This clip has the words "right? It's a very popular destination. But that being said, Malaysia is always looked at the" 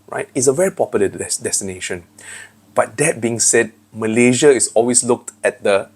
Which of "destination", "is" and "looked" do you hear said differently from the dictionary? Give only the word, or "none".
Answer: is